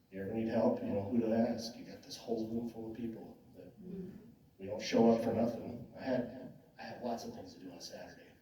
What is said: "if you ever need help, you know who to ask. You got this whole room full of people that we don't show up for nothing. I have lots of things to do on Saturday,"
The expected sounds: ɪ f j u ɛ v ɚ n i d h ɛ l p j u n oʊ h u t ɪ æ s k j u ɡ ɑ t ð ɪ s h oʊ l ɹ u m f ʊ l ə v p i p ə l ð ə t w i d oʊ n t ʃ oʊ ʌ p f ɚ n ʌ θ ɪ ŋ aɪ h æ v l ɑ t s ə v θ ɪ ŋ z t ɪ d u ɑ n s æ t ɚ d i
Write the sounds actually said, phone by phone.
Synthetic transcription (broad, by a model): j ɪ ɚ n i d h ɛ l p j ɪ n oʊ h u t ɪ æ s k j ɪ ɡ ɑ t ð ɪ s h oʊ l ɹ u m f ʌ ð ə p i p l ð ə t w i d oʊ n t ʃ oʊ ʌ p f ɚ n ʌ θ ɪ ŋ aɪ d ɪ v l ɑ t s ə v θ ɪ ŋ z t ɪ d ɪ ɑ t s æ t ɚ d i